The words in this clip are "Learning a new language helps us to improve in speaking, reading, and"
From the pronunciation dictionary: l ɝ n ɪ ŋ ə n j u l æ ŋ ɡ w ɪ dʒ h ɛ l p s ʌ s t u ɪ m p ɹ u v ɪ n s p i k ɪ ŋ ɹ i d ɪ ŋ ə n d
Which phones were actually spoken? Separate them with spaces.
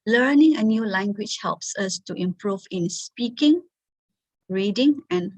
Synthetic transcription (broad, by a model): l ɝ n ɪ ŋ ə n j u l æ ŋ ɡ w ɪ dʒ h ɛ l p s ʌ s t u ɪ m p ɹ u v ɪ n s p i k ɪ ŋ ɹ i d ɪ ŋ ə n